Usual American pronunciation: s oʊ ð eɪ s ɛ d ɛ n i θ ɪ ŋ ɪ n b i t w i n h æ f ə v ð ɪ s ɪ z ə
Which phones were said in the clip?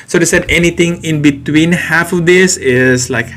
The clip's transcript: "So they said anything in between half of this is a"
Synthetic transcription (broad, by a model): s oʊ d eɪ s ɛ d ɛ n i t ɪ ŋ ɪ n b i t w i n h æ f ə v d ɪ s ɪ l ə